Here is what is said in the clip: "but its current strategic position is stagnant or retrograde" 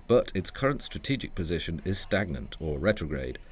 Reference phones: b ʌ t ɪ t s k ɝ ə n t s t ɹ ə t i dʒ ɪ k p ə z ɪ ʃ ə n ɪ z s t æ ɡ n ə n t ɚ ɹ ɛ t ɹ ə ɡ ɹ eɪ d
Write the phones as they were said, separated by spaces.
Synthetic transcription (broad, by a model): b ʌ t ɪ t s k ɝ ə n t s t ɹ ə t i dʒ ɪ k p ə z ɪ ʃ ə n ɪ z s t æ ɡ n ə n t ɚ ɹ ɛ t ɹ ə ɡ ɹ eɪ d